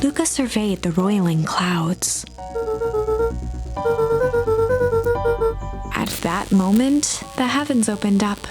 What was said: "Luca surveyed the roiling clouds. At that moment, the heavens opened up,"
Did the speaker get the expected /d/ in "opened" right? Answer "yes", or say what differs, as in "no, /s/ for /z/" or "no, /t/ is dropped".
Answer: yes